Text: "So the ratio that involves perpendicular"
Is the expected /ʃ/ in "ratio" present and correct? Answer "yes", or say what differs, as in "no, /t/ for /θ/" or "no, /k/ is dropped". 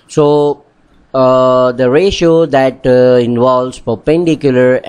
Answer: yes